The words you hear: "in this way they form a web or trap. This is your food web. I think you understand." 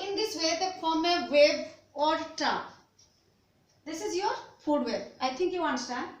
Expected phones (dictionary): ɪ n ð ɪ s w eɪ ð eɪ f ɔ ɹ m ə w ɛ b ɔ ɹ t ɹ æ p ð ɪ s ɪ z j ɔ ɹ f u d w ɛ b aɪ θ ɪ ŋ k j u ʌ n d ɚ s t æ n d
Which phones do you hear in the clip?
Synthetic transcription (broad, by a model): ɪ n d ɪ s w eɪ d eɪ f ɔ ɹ m ə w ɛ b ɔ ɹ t ɑ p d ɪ s ɪ z j ɔ ɹ f u d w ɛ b aɪ t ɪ ŋ k j u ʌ n d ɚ s t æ n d